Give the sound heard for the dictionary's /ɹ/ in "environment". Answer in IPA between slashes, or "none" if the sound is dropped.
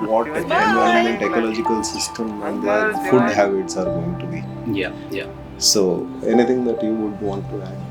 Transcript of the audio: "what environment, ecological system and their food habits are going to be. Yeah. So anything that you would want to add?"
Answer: none